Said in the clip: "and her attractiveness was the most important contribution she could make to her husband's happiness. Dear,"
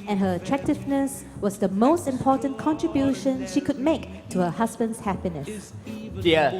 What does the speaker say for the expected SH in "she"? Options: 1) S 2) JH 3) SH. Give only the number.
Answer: 3